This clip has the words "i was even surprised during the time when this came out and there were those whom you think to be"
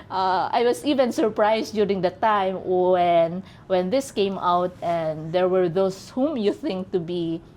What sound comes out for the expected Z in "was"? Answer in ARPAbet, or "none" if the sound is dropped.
S